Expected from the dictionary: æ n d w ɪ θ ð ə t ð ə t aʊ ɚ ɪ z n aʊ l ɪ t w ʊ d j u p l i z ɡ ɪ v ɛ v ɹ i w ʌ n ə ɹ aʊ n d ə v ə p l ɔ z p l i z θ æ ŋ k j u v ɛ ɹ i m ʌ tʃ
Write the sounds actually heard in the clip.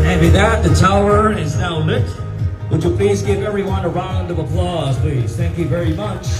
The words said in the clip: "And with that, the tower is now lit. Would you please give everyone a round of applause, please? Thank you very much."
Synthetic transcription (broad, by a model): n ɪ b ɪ ð ə t ð ə t aʊ ɚ ɪ z n aʊ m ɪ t w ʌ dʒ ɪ p l i z ɡ ɪ v ɛ v ɹ i w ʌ n ə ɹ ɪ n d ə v ə p l ɔ z p l i z θ æ ŋ k j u v ɛ ɹ i m ʌ tʃ